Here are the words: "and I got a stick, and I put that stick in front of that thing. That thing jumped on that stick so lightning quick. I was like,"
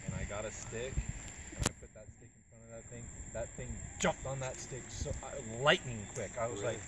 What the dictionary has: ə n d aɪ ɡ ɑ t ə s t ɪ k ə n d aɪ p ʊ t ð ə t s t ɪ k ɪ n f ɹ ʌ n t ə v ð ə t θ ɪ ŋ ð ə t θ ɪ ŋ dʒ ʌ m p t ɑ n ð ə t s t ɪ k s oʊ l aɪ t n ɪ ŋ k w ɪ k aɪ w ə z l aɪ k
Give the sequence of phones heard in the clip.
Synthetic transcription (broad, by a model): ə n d aɪ ɡ ɑ t ə s t ɪ k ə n aɪ p ʊ t ð ə t s t ɪ k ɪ n f ɹ ʌ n ə v ð ə t θ ɪ ŋ ð ə t θ ɪ ŋ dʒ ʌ m p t n ð ə t s t ɪ k s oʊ l aɪ t n ɪ ŋ k w ɪ k aɪ w ə z l aɪ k